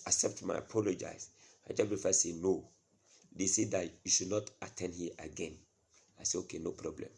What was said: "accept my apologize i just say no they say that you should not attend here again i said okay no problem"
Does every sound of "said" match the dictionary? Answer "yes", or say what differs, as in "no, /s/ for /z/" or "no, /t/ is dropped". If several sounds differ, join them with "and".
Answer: no, /d/ is dropped